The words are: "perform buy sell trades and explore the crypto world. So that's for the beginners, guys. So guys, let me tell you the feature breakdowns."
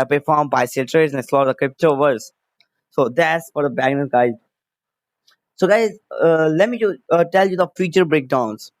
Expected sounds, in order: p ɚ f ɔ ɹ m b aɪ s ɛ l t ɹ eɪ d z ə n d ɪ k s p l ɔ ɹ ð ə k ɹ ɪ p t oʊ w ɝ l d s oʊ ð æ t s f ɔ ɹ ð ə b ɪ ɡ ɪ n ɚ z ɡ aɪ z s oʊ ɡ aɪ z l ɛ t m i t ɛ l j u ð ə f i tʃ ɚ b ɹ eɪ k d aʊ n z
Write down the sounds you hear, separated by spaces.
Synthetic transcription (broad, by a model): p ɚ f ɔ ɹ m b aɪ s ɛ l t ɹ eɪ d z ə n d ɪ s l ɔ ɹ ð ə k ɹ ɪ p t oʊ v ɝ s s oʊ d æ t s f ɔ ɹ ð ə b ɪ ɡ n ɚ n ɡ aɪ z s oʊ ɡ aɪ z l ɛ t m i t ɛ l j u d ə f i tʃ ɚ b ɹ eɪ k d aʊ n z